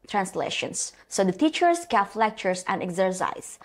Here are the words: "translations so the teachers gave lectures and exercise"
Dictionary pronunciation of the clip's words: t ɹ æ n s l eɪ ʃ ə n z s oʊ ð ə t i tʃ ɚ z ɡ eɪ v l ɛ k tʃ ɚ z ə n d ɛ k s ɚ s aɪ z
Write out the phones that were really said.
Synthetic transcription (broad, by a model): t ɹ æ n s l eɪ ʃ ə n s oʊ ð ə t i tʃ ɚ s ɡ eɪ f l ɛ k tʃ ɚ s ə n d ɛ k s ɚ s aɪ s